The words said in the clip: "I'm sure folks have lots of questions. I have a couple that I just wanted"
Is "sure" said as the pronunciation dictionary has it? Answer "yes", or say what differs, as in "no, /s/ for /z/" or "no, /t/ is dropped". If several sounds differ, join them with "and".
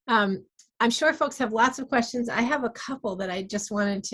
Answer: yes